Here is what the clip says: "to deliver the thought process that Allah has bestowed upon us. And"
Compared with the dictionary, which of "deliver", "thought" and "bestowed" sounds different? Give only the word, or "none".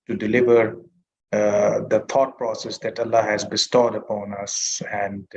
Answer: thought